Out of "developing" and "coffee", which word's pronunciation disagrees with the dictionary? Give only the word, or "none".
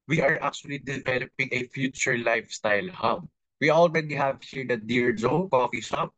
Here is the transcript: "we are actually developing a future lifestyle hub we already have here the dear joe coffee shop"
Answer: none